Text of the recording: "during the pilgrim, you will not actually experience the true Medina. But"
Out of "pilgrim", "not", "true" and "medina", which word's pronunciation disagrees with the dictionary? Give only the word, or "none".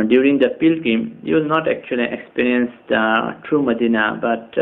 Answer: pilgrim